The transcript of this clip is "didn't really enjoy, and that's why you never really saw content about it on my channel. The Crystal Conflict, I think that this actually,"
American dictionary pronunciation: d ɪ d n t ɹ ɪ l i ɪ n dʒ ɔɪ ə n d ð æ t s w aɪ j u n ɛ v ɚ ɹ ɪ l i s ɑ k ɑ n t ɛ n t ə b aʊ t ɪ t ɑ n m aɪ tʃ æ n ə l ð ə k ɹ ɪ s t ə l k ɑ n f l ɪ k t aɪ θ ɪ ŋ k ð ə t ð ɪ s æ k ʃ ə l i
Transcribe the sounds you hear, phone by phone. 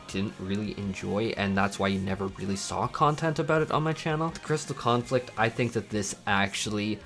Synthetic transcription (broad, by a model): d ɪ d n t ɹ ɪ l i ɪ n dʒ ɔɪ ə n ð æ t s w aɪ j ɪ n ɛ v ɚ ɹ ɪ l i s ɑ k ɑ n t ɛ n t ə b aʊ t ɪ t n m aɪ tʃ æ n l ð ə k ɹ ɪ s t l k ɑ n f l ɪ k t aɪ θ ɪ ŋ k ð ə t ð ɪ s æ k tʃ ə l i